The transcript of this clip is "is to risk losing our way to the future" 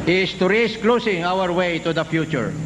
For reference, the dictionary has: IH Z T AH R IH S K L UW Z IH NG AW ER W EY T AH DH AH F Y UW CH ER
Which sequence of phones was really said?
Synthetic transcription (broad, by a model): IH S T AH R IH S K L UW S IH NG AW ER W EY T AH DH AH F Y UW CH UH